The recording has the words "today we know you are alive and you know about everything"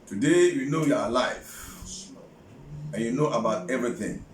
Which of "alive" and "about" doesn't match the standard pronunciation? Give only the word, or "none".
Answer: alive